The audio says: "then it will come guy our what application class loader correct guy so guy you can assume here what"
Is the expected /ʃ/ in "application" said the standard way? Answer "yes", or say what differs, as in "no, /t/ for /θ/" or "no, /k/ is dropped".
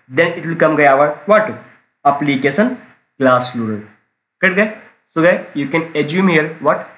no, /s/ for /ʃ/